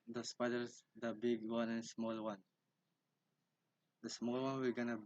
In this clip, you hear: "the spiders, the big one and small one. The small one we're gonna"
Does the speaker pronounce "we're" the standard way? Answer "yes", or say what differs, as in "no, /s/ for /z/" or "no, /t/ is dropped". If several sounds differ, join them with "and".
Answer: no, /l/ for /ɹ/